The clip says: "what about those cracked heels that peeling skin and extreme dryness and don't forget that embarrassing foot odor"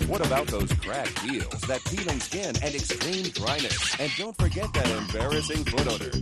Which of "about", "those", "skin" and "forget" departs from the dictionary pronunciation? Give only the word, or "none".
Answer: none